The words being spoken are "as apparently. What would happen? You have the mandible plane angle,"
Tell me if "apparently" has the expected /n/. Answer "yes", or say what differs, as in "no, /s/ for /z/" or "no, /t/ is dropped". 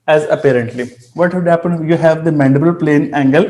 yes